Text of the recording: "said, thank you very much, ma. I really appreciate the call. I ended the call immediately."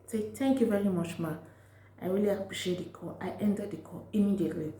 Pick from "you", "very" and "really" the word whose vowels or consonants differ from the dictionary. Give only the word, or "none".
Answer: really